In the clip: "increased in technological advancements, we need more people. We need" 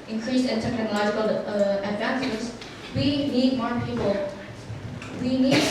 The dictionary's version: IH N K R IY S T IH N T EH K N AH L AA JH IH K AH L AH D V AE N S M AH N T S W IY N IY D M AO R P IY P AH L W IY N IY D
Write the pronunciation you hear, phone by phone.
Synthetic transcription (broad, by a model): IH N K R IY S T IH N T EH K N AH L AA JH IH K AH L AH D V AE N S AH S W IY N IY D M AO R P IY P AH L W IY N IY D